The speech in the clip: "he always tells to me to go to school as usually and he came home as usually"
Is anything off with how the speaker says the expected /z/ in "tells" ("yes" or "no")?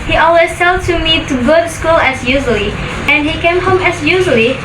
yes